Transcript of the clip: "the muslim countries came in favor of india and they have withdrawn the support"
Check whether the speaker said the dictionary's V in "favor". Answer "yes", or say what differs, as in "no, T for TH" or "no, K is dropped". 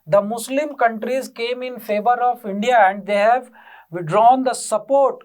yes